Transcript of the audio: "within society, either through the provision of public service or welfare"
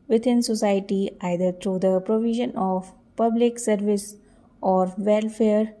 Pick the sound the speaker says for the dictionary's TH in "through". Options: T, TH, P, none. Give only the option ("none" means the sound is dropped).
T